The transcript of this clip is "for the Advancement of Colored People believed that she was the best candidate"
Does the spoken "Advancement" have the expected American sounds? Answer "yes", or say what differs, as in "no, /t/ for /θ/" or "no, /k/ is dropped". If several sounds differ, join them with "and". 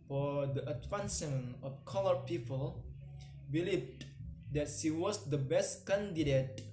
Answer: no, /m/ is dropped and /t/ is dropped